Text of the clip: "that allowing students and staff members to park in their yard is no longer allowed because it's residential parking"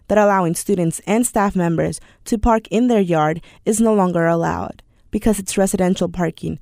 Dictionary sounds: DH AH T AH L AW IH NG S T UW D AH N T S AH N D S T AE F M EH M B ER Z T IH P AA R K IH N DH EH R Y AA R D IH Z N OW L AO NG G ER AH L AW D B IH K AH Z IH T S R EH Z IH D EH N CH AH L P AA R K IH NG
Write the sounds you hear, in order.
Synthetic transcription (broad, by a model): DH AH T AH L AW IH NG S T UW D N T S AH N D S T AE F M EH M B ER Z T IH P AA R K IH N DH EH R Y AA R D IH Z N OW L AO NG G ER AH L AW D B IH K AH Z IH T S R EH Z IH D EH N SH L P AA R K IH NG